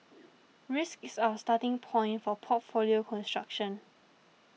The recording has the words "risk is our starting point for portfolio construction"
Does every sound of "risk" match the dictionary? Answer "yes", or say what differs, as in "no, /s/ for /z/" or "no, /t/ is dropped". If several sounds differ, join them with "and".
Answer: yes